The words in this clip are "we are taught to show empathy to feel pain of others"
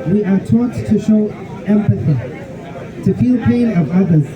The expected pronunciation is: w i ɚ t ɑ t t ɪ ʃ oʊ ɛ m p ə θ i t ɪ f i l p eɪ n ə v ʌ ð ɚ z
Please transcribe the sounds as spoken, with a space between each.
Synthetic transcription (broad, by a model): w i ɚ t ɑ t t ɪ ʃ oʊ ɛ m p ə θ i t ɪ f i l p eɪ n ə v ʌ ð ɚ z